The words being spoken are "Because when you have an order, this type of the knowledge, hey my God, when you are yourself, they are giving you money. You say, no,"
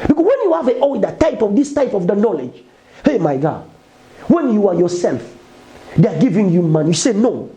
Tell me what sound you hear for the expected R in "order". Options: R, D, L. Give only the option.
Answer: L